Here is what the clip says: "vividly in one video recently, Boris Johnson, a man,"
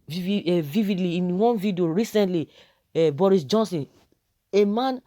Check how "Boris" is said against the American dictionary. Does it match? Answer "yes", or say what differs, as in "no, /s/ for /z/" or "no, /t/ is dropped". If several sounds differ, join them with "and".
yes